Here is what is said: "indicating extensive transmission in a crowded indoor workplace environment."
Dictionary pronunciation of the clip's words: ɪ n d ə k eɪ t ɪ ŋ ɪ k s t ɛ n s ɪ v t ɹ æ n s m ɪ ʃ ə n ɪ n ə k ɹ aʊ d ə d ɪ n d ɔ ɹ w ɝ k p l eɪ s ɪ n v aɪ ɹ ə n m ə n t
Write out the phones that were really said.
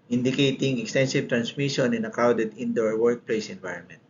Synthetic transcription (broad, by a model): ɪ n d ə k eɪ t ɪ ŋ ɪ k s t ɛ n s ɪ v t ɹ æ n s m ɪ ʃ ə n ɪ n ə k aʊ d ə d ɪ n d ɔ ɹ w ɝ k p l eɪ s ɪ n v aɪ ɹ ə n m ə n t